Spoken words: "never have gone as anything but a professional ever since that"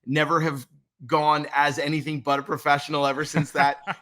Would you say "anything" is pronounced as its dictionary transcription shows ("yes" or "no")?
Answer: yes